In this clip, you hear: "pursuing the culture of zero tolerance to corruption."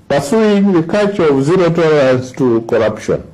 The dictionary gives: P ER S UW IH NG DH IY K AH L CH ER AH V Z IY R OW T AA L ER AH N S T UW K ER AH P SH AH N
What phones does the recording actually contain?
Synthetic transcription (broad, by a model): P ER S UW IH NG DH IY K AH CH AH V Z IY R OW T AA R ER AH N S T UW K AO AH P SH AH N